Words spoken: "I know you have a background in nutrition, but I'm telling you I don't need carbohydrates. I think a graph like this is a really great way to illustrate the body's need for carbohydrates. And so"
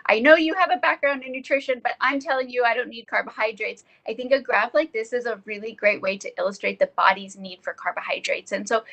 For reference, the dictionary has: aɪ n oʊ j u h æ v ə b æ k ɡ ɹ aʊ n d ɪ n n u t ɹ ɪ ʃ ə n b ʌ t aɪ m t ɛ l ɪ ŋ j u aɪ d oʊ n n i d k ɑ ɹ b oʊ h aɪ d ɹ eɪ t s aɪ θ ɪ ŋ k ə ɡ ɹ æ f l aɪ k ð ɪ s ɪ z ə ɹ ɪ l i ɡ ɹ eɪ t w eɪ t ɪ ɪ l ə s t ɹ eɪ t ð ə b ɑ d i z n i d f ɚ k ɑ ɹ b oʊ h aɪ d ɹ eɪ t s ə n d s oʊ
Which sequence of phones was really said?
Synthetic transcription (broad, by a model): aɪ n oʊ j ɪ v ə b æ k ɡ ɹ aʊ n d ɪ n n u t ɹ ɪ ʃ ə n b ʌ t aɪ m t ɛ l ɪ ŋ j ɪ aɪ d oʊ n n i d k ɑ ɹ b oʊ h aɪ d ɹ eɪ t s aɪ θ ɪ ŋ k ə ɡ ɹ æ f l aɪ k ð ɪ s ɪ z ə ɹ ɪ l i ɡ ɹ eɪ t w eɪ t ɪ ɪ l ə s t ɹ eɪ t ð ə b ɑ d i z n i d f ɚ k ɑ ɹ b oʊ h aɪ d ɹ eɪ t s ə n s oʊ